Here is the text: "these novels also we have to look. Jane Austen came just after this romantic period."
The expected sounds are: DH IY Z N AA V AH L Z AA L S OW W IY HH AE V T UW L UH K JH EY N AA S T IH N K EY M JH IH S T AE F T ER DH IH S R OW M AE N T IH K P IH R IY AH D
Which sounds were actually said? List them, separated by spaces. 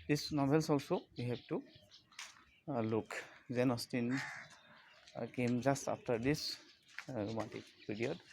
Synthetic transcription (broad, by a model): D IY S N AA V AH L S AA L S OW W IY HH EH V T UW L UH K Z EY N AA S T IH N K EY M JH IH S T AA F T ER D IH S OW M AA T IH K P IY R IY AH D